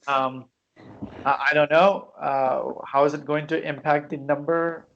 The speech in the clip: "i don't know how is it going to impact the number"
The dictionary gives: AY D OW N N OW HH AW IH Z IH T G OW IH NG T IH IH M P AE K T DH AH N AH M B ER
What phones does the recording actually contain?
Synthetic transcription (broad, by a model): AY D OW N N OW HH AW IH Z IH T G OW IH NG T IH IH M P AE K T DH AH N AH M B ER